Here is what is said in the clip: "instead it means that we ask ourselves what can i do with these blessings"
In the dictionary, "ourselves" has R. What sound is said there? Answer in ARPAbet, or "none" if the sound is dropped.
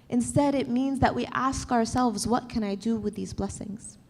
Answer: R